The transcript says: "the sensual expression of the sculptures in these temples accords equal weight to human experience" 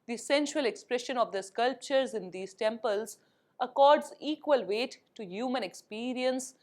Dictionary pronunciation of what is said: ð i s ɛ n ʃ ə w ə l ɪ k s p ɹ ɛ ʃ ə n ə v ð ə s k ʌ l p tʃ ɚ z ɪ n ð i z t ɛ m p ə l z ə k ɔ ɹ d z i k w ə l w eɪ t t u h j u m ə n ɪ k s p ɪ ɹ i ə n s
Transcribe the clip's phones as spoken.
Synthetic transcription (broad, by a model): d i s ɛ n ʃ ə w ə l ɪ k s p ɹ ɛ ʃ ə n ə v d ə s k ʌ l p tʃ ɚ z ɪ n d i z t ɛ m p ə l z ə k ɔ ɹ d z i k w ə l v eɪ t t u h j u m ə n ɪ k s p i ɹ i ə n s